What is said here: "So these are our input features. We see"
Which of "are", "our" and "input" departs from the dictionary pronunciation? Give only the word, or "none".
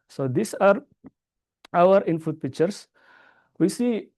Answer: input